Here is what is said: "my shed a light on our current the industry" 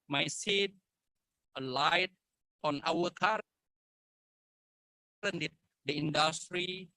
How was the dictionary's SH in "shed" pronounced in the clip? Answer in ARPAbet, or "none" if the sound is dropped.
S